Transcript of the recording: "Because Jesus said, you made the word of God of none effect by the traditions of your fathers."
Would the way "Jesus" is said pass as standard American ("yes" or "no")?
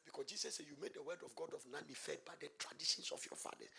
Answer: no